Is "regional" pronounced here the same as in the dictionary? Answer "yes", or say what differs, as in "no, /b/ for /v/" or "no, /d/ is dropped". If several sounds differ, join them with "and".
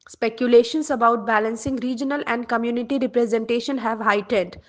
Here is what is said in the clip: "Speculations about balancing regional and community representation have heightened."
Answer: yes